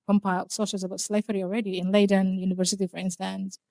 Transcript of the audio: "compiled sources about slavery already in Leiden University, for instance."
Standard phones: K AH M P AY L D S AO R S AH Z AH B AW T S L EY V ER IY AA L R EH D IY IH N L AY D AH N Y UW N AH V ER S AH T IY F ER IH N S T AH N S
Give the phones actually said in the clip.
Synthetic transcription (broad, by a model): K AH M P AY L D S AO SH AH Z AH B AW T S L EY F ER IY AA L R EH D IY IH N L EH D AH N Y UW N AH V ER S AH T IY F ER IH N S T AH N S